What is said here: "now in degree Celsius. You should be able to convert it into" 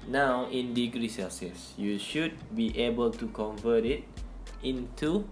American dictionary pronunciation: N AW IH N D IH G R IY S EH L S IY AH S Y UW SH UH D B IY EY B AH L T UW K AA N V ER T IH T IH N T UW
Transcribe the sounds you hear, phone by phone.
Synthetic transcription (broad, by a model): N AW IH N D IH G R IY S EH S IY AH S Y UW SH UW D B IY EY B AH L T UW K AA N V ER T IH T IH N T UW